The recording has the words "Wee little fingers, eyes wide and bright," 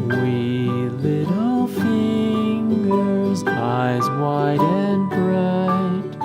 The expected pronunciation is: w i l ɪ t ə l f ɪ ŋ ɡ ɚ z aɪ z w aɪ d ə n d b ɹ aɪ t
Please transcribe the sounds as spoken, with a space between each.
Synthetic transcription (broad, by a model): w i l ɪ t l f ɪ ŋ ɡ ɚ z aɪ z w aɪ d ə n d b ɹ aɪ t